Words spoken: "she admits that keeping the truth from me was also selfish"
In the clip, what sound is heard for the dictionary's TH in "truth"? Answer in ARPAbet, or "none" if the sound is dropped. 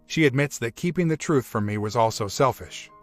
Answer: TH